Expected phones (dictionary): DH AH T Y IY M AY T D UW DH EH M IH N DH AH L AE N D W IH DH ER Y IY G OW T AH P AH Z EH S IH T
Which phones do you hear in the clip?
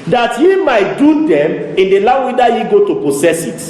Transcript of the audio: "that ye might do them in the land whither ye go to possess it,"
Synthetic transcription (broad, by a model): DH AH T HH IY M AY T D UW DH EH M IH N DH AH L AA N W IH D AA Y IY G OW T AH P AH S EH S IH T